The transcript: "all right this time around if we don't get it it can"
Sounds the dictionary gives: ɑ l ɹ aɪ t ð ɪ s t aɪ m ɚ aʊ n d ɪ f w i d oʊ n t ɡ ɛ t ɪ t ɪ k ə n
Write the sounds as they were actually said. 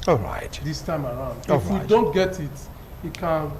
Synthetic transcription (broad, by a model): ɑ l ɹ aɪ t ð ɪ s t aɪ m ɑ aʊ n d ɪ f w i d oʊ n t ɡ ɛ t ɪ t ɪ k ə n